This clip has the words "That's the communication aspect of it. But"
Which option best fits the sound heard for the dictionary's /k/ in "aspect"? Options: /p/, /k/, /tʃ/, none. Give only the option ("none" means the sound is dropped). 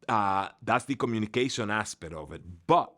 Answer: none